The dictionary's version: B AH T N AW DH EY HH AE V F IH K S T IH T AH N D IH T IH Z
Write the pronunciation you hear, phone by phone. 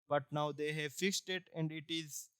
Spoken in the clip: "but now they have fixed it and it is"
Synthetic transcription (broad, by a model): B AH T N AW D EY HH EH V F IH K S T IH T AH N D IH T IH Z